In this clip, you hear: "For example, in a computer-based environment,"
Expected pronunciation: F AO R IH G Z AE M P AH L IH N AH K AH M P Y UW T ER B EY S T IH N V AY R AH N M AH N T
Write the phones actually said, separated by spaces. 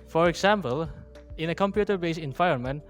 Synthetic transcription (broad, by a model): F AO R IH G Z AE M P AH L IH N AH K AH M P Y UW T ER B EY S IH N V AY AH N M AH N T